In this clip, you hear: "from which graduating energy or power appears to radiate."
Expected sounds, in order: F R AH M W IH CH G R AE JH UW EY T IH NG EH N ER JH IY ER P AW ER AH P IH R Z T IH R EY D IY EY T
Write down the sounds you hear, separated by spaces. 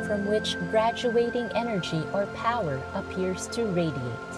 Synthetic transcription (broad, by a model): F R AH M W IH CH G R AE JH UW EY T IH NG EH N ER JH IY ER P AW ER AH P IH R Z T IH R EY D IY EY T